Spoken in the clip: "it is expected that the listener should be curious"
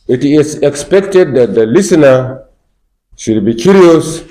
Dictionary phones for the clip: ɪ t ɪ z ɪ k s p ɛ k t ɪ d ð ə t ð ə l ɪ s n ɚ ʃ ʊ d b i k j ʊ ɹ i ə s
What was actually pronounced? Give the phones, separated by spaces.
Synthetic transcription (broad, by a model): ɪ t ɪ s ɪ k s p ɛ k t ɪ d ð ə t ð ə l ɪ s n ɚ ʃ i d b i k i ɹ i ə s